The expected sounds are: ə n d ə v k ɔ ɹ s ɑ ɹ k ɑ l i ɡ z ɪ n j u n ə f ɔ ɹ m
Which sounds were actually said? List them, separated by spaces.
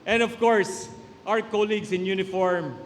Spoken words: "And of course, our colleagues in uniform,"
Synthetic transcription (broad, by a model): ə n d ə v k ɔ ɹ s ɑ w k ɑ l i ɡ s ɪ n j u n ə f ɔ ɹ m